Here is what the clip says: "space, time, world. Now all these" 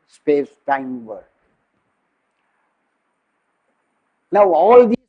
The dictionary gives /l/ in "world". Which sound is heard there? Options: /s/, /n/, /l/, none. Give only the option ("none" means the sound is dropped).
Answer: none